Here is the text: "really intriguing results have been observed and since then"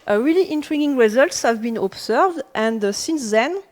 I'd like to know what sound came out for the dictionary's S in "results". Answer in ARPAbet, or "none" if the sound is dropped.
S